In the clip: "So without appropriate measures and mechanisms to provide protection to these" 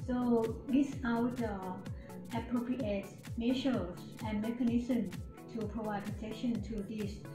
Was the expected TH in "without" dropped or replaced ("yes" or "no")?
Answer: yes